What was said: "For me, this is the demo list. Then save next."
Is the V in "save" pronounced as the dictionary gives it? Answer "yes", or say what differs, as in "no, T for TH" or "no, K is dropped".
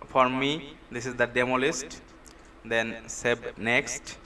no, B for V